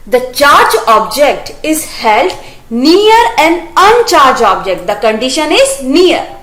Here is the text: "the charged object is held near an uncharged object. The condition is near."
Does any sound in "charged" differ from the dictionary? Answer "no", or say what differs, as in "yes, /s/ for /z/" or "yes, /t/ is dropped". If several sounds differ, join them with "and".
yes, /d/ is dropped